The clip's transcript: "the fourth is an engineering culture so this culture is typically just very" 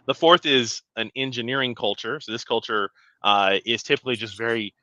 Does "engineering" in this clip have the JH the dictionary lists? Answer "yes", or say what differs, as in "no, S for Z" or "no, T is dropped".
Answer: yes